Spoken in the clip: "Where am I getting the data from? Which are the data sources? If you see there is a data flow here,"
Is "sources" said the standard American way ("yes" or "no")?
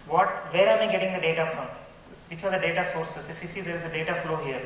no